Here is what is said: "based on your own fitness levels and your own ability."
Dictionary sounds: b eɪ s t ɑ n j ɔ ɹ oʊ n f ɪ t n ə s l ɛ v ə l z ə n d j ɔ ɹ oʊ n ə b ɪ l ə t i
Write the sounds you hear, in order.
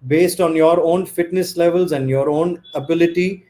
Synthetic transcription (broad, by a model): b eɪ s t ɑ n j ɔ ɹ oʊ n f ɪ t n ə s l ɛ v ə l z ə n d j ɔ ɹ oʊ n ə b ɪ l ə t i